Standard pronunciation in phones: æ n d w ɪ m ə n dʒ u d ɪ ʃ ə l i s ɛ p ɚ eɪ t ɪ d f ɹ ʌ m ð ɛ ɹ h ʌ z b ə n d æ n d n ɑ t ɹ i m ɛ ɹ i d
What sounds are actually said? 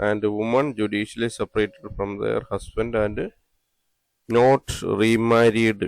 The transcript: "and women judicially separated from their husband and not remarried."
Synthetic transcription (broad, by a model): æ n d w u m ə n dʒ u d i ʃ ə l i s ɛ p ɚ eɪ t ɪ d f ɹ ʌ m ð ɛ ɹ h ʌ s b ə n d æ n d n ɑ t ɹ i m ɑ ɹ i d